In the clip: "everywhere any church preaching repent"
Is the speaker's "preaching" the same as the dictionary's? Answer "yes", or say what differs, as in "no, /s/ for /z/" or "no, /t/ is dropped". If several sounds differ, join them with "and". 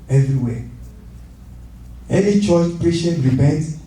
no, /ʃ/ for /tʃ/